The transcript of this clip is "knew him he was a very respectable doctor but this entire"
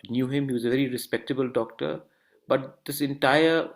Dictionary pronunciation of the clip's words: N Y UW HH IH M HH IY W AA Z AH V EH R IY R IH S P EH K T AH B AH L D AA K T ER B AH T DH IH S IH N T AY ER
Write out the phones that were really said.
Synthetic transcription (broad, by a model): N Y UW HH IH M HH IY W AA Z AH V EH R IY R IH S P EH K T AH B AH L D AA K T ER B AH T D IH S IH N T AY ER